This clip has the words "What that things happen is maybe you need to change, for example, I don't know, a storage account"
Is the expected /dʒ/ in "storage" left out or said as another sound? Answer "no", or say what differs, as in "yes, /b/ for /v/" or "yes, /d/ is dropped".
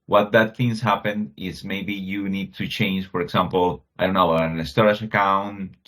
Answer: yes, /ʃ/ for /dʒ/